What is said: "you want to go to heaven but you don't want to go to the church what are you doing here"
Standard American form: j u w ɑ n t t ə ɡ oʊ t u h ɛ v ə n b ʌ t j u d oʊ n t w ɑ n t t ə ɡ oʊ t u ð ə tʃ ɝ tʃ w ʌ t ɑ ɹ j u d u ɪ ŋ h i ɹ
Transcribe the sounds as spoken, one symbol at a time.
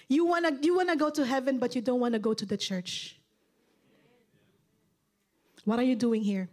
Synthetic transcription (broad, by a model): j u w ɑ n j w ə ɡ oʊ t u h ɛ v ə n b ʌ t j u d oʊ n t w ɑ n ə ɡ oʊ t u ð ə tʃ ɝ tʃ w ʌ t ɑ ɹ j u d u ɪ ŋ h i ɹ